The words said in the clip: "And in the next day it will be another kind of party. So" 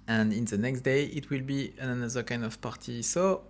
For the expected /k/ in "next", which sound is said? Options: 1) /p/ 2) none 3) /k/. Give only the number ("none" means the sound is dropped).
3